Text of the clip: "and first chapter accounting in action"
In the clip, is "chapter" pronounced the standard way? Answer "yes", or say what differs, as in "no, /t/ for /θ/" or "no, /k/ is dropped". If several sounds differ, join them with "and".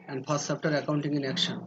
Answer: no, /s/ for /tʃ/